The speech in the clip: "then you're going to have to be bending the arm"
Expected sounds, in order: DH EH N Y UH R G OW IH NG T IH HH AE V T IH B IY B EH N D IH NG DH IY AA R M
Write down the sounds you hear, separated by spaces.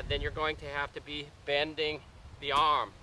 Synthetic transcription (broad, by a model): DH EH N Y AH R G OW IH NG T IH HH AE F T IH B IY B EH N D IH NG DH IY AA R M